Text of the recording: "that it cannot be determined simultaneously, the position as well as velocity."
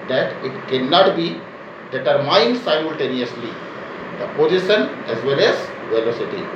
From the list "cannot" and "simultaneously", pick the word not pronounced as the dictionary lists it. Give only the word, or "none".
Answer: none